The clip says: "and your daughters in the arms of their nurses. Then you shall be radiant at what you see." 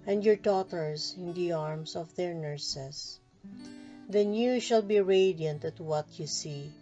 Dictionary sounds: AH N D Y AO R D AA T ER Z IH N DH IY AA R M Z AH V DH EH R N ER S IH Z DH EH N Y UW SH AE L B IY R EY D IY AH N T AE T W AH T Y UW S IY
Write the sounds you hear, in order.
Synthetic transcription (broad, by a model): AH N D Y AO R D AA T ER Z IH N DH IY AA R M S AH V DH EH R N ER S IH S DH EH N Y UW SH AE L B IY R EY D IY AH N T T W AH T Y UW S IY